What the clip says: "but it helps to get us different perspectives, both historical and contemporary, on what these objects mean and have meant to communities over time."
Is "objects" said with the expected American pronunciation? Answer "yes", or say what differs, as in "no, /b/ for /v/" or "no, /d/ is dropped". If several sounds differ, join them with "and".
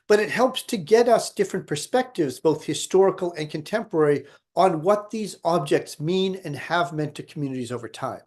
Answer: yes